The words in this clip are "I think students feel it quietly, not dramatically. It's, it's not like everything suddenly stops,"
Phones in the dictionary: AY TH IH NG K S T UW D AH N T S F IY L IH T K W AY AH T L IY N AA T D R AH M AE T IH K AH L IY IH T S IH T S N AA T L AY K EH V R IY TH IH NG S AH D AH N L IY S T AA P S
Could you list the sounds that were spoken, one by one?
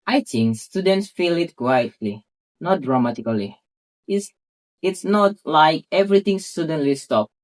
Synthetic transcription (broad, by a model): AY T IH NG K S T UW D AH N T S F IY L IH T K W AY AH T L IY N AA T D R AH M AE T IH K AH L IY IH T S IH T S N AA T L AY K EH V R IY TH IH NG S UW D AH N L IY S T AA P